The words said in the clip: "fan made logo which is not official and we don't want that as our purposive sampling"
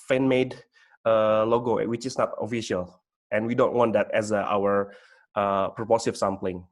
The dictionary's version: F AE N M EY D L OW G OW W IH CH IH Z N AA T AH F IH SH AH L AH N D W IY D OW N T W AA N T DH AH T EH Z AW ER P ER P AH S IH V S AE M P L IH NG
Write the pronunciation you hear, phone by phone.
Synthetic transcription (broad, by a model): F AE N M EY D L OW G OW W IH CH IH S N AA T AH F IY SH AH L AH N W IY D OW N T W AA N T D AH T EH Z AW ER P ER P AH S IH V S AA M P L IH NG